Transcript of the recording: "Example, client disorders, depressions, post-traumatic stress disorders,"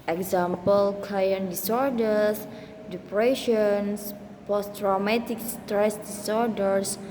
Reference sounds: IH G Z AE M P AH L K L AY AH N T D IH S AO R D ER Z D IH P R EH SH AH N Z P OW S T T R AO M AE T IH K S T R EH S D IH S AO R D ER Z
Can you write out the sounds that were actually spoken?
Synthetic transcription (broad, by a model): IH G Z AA M P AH L K AY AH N D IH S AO R D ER S D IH P R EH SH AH N S P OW S T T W M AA T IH K S T R EH S D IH S AO R D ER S